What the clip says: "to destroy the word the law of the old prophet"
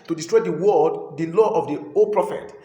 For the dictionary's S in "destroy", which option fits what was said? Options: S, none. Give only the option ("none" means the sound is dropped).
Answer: S